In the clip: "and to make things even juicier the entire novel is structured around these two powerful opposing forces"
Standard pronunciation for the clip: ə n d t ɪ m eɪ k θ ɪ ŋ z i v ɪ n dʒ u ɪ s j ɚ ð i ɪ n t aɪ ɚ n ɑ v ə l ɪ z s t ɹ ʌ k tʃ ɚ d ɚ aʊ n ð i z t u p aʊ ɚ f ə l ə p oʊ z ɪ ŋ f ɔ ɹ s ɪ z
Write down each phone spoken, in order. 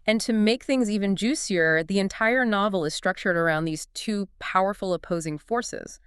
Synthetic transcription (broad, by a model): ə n t ɪ m eɪ k θ ɪ ŋ z i v ɪ n dʒ u s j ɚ ð i ɪ n t aɪ ɚ n ɑ v l ɪ z s t ɹ ʌ k tʃ ɚ d ɚ aʊ n ð i z t u p aʊ ɚ f l ə p oʊ z ɪ ŋ f ɔ ɹ s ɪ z